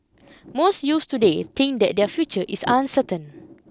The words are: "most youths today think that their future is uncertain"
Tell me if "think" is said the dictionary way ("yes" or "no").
no